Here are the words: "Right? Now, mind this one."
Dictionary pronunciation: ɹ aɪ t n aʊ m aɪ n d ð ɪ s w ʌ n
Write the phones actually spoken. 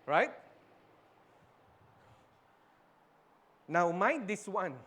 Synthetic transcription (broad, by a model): ɹ aɪ t n aʊ m aɪ d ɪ s w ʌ n